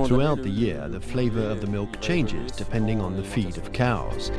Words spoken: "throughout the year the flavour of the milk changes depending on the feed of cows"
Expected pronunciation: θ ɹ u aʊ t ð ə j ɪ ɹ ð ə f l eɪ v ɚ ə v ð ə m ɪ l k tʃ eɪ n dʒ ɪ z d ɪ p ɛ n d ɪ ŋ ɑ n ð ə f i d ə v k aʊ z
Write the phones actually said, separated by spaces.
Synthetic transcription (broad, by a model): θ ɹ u aʊ t ð ə j ɪ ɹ ð ə f l eɪ v ɚ ə v ð ə m ɪ l k tʃ eɪ n dʒ ɪ z d ɪ p ɛ n d ɪ ŋ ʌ n ð ə f i d ə v k aʊ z